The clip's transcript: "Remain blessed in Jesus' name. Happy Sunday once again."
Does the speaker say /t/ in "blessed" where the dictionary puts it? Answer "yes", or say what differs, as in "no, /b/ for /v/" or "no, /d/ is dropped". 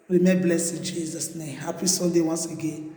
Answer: no, /t/ is dropped